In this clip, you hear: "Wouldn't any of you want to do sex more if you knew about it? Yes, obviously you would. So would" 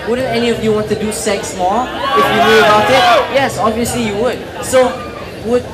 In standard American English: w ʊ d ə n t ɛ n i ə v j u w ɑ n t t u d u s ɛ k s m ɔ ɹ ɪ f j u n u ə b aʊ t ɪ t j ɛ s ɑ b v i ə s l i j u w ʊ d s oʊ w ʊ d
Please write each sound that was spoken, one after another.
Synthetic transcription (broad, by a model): w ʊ d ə n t ɛ n i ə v j u w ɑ n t t u d u s ɛ k s m ɔ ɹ ɪ f j u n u ə b aʊ t ɪ t j ɛ s ɑ b v i ə s l i j u w ʊ d s oʊ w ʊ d